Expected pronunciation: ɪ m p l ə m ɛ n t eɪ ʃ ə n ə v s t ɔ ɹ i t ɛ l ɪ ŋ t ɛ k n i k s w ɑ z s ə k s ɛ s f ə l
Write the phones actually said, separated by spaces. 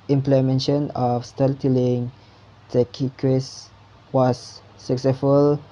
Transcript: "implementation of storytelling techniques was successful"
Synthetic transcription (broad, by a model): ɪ m p l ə m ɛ n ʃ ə n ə f s t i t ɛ l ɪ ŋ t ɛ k i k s w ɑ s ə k s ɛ s f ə l